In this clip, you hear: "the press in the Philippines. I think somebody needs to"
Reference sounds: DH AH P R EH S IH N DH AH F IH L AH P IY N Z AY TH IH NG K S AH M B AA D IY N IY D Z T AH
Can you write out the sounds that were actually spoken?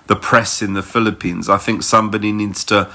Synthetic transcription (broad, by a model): DH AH P R EH S IH N DH AH F IH L AH P IY N Z AY TH IH NG K S AH M B AA D IY N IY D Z T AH